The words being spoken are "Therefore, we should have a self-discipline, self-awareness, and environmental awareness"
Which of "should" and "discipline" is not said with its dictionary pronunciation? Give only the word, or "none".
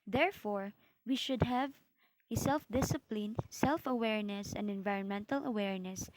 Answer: none